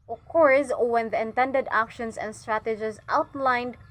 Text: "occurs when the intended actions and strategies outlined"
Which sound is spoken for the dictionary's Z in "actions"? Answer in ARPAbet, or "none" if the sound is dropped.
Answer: S